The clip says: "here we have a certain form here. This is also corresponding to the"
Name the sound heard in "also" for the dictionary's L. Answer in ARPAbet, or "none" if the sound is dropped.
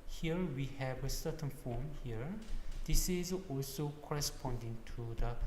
L